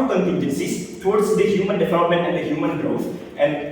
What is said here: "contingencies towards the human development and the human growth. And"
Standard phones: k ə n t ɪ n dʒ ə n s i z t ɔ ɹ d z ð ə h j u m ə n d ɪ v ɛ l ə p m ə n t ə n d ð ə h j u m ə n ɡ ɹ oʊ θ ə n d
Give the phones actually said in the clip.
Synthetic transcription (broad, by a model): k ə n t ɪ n dʒ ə n s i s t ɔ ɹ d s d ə h j u m ə n d ɪ v ɛ l ə p m ə n t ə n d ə h j u m ə n ɡ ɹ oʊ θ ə n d